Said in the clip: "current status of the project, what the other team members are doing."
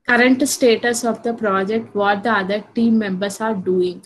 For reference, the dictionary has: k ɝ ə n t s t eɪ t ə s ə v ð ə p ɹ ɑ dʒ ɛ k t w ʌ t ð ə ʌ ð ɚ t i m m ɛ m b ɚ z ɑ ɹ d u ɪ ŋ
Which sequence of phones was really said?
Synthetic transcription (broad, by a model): k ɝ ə n t s t eɪ t ə s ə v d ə p ɹ ɑ dʒ ɛ k t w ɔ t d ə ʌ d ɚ t i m m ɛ m b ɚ s ɑ ɹ d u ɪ ŋ